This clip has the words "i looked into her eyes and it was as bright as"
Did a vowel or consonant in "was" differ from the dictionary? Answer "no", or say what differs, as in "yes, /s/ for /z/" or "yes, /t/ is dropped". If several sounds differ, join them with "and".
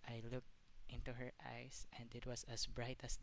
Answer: yes, /s/ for /z/